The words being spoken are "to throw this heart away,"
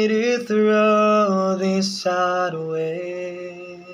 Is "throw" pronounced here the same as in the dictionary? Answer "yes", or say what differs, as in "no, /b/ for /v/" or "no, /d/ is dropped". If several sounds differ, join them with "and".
yes